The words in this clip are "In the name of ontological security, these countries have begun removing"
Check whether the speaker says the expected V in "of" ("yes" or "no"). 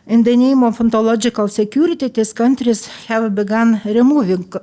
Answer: no